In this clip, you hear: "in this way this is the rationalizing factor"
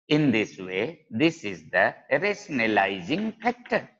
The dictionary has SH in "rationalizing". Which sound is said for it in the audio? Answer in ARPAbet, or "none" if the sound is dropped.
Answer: S